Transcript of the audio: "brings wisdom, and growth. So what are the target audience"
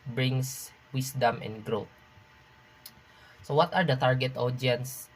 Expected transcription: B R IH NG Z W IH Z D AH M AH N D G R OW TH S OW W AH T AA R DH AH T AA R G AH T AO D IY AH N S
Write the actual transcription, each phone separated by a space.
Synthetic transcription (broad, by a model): B R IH NG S W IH S D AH M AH N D G R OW T S OW W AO T AA R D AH T AA R G AH T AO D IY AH N S